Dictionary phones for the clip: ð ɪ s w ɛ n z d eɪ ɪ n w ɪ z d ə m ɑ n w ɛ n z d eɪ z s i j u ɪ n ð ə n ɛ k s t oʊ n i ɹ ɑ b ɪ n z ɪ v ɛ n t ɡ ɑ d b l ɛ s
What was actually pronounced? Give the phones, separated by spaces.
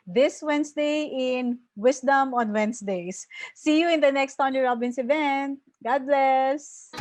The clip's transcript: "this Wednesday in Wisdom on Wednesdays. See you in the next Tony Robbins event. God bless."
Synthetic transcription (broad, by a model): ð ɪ s w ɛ n s d eɪ ɪ n w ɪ s d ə m ɑ n w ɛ n s d eɪ s i j u ɪ n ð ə n ɛ k s t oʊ n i ɹ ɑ b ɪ n s ɪ v ɛ n t ɡ ɑ d b l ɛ s